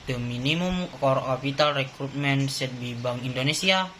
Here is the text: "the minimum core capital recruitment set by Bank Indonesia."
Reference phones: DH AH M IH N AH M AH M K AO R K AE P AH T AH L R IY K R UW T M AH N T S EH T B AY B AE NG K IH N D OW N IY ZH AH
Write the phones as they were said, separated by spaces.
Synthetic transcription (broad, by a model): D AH M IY N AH M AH M K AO R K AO P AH T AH L R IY K R UW T M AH N S EH T B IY B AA NG IY N D OW N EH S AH